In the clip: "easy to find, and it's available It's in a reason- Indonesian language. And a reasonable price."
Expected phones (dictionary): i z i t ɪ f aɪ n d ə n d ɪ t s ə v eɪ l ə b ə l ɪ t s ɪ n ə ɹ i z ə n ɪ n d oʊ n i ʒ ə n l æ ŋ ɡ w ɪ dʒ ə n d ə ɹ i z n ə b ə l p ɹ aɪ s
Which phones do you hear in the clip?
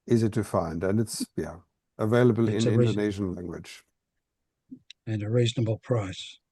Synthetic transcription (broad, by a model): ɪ z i t ɪ f aɪ n d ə n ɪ t s ə v eɪ l ə b ə l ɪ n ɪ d ə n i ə ɪ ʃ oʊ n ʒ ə n l æ ŋ ɡ w ɪ dʒ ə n ə ɹ i z n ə b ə l p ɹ aɪ s